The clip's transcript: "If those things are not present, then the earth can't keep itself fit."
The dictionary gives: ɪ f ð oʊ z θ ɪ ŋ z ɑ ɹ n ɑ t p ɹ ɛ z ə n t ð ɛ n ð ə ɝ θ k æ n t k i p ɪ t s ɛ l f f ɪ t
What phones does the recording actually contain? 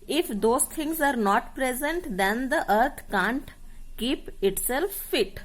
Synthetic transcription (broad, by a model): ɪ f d oʊ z t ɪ ŋ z ɑ ɹ n ɑ t p ɹ ɛ z ə n t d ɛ n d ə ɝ t k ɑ n t k i p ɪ t s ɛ l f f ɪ t